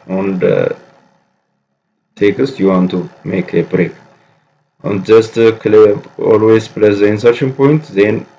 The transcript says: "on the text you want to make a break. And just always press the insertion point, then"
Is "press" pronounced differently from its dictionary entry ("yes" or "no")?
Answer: yes